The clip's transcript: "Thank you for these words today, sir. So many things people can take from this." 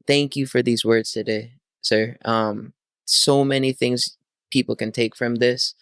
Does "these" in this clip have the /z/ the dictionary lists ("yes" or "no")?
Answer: yes